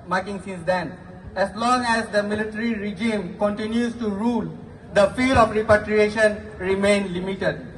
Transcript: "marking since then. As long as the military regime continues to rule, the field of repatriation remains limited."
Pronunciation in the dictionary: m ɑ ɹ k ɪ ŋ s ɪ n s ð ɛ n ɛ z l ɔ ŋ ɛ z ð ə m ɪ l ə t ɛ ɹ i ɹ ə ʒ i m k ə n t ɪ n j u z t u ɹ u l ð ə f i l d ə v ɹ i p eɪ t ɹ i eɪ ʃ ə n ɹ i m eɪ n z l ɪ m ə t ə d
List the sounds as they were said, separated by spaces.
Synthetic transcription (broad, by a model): m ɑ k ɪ ŋ s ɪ n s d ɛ n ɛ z l ɔ ŋ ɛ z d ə m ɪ l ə t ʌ ɹ i ɹ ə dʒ i m k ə n t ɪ n j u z t u ɹ u l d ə f i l ə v ɹ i p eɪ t ɹ i eɪ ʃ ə n ɹ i m eɪ n l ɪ m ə t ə d